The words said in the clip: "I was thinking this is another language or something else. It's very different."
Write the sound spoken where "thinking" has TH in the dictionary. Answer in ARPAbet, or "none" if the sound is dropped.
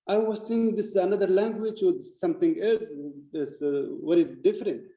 S